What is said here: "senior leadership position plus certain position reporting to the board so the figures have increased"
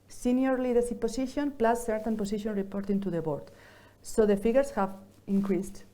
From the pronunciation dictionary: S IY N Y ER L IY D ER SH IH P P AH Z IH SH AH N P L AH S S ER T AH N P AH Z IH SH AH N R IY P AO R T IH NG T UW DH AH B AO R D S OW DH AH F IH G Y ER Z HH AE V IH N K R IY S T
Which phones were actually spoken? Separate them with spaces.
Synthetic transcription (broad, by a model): S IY N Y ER L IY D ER S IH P P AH S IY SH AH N P L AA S S ER T AH N P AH S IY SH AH N R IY P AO R T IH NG T UW DH AH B AO R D S OW DH AH F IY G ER S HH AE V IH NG K R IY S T